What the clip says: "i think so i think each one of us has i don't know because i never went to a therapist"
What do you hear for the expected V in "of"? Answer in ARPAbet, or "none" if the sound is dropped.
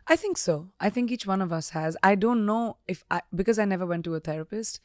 V